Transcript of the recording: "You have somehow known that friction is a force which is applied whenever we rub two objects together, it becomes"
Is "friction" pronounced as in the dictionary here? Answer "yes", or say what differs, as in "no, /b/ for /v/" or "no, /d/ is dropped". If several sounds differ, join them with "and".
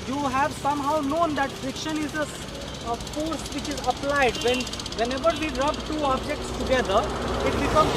no, /ɹ/ is dropped